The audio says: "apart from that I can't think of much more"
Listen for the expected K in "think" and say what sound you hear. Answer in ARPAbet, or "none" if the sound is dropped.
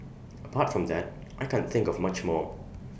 K